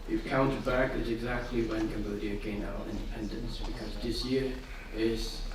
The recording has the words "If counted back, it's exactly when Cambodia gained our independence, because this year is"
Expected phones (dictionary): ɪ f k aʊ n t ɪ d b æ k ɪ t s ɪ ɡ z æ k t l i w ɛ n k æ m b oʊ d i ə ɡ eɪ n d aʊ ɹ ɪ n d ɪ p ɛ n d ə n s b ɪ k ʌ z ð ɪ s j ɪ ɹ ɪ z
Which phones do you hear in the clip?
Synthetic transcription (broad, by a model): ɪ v k aʊ n t ɪ d b æ k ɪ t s ɪ ɡ z æ k t l i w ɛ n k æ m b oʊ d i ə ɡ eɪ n aʊ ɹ ɪ n d ɪ p ɛ n d ə n s b ɪ k ʌ z ð ɪ s j ɪ ɹ ɪ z